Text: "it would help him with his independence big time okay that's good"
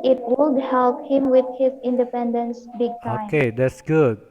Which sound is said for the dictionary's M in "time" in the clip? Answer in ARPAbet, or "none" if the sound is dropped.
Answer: none